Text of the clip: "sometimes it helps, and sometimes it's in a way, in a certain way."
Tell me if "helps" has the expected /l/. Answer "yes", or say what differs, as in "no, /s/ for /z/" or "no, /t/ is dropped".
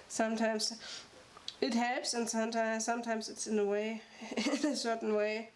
no, /l/ is dropped